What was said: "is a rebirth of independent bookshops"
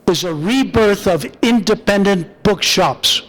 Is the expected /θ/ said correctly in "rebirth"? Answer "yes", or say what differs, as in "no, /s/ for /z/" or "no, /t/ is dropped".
yes